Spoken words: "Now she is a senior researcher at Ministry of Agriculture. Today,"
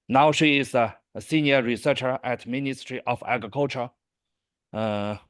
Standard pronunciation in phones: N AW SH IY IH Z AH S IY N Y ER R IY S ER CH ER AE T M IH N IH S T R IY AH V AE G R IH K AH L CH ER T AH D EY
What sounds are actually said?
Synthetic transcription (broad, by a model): N AW SH IY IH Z AH S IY N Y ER R IY S ER CH ER AE T M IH N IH S T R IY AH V AE G R IH K AH L CH ER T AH